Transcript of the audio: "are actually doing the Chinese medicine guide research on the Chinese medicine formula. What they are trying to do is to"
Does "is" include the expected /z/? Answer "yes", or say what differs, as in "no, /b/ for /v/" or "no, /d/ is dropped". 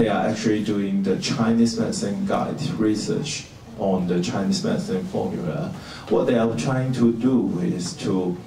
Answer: no, /s/ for /z/